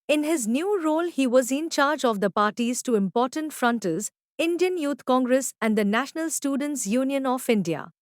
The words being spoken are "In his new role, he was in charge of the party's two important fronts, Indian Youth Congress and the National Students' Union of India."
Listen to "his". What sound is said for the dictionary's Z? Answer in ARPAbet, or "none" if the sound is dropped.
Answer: Z